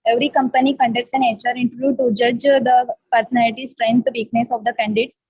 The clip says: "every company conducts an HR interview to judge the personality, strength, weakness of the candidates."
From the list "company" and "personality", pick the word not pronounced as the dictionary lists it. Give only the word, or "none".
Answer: none